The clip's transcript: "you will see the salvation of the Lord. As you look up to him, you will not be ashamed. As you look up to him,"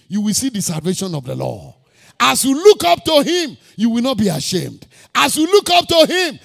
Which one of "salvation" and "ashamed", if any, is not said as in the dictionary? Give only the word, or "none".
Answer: none